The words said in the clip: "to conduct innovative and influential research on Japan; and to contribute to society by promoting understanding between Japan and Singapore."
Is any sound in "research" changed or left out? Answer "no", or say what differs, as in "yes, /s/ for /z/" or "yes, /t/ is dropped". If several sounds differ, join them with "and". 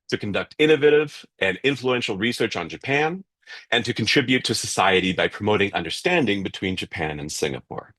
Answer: no